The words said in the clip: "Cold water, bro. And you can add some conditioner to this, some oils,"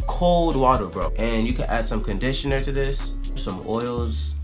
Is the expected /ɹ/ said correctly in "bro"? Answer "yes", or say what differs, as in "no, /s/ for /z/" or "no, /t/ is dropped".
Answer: yes